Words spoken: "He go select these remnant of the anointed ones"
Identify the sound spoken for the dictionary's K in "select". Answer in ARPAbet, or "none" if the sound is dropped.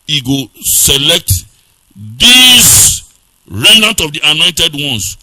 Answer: K